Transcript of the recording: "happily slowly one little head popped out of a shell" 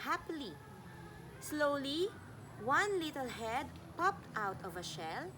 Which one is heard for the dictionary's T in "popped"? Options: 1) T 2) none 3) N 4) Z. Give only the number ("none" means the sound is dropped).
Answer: 1